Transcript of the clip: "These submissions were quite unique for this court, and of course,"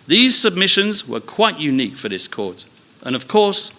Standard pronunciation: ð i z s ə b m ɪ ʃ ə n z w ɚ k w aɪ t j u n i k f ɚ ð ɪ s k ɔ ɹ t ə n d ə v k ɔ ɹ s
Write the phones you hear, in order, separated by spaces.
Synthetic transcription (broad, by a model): ð i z s ə b m ɪ ʃ ə n z w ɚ k w aɪ t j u n i k f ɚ ð ɪ s k ɔ ɹ t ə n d ə v k ɔ ɹ s